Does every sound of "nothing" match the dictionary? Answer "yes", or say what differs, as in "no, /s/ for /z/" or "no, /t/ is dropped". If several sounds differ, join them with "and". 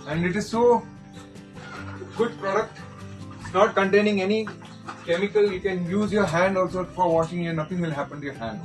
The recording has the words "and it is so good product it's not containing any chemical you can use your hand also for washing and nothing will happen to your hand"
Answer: no, /t/ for /θ/